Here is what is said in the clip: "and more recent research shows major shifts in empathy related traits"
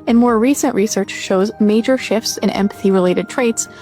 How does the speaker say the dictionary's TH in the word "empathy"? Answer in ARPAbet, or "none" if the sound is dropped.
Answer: TH